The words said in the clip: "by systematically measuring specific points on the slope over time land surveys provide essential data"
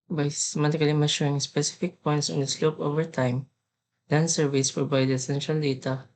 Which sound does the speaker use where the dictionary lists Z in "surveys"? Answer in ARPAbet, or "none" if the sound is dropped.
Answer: S